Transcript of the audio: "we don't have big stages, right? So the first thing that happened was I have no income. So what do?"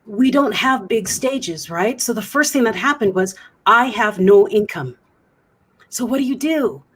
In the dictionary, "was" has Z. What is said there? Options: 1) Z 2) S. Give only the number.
1